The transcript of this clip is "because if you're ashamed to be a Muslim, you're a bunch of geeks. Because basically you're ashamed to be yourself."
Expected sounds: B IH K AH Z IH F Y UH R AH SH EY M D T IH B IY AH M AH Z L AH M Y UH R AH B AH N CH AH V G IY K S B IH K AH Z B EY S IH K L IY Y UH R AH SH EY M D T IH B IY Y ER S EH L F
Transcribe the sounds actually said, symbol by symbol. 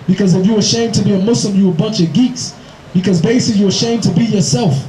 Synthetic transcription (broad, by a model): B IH K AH Z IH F Y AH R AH SH EY M T IH B IY AH M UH S L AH M Y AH AH B AH N CH AH V G IY K S B IH K AH Z B EY IH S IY Y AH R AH SH EY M T IH B IY Y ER S EH L F